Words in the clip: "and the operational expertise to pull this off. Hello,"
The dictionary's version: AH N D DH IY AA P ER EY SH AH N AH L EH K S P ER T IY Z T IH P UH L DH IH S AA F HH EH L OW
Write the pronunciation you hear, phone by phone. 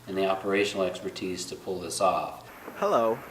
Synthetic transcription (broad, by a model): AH N DH IY AA P ER EY SH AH N L EH K S P ER T IY Z T IH P UH L DH IH S AA F HH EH L OW